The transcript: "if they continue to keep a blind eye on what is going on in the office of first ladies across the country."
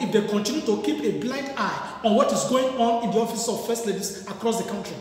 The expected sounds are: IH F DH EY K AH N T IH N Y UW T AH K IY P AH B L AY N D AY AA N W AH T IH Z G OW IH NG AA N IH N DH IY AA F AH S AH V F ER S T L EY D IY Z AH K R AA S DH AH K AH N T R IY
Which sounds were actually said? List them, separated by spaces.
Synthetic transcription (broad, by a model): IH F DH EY K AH N T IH N Y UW T AH K IY P AH B L AY N D AY AA N W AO T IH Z G OW IH NG AA N IH N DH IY AA F AH S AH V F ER S T L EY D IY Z AH K R AA S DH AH K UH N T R IY